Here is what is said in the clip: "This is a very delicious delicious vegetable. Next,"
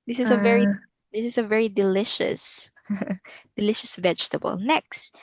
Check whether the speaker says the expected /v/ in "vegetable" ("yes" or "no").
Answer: yes